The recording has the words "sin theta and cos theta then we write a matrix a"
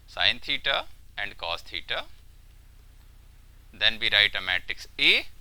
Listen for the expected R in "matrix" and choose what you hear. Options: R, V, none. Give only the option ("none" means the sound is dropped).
none